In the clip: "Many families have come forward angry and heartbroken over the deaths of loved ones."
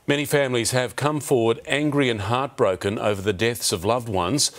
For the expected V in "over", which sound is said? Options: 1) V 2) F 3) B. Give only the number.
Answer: 1